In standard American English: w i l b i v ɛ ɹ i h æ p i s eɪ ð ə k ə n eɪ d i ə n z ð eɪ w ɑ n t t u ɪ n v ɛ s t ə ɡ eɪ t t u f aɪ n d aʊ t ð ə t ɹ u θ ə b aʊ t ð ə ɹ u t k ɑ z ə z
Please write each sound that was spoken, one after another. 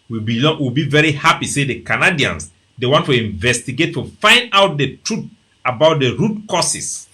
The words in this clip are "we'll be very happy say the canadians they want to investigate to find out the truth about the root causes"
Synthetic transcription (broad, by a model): w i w b i v ɛ ɹ i h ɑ p i s eɪ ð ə k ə n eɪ d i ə n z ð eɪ w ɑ n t t u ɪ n v ɛ s t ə ɡ eɪ t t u f aɪ n d aʊ t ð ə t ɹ u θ ə b aʊ t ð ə ɹ u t k ɑ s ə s